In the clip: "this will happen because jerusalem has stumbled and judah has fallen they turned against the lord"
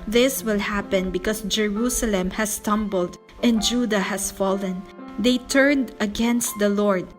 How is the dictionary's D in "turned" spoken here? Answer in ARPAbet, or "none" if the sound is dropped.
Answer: D